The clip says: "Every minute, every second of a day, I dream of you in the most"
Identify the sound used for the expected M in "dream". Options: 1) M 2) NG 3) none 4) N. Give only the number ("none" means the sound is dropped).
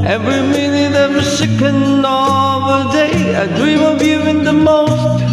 1